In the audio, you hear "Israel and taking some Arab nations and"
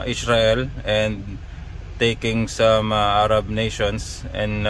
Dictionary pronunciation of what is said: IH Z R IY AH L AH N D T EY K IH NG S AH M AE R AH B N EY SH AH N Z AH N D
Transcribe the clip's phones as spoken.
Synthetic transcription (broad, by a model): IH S R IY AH L AH N D T EY K IH NG S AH M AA R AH B N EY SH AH N S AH N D